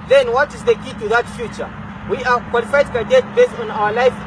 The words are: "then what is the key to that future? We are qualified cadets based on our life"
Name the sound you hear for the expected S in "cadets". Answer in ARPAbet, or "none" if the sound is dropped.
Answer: none